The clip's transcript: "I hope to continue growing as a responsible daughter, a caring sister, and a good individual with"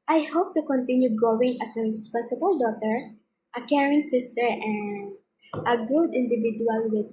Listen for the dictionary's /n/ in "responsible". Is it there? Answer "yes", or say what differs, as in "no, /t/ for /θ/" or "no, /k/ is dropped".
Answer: yes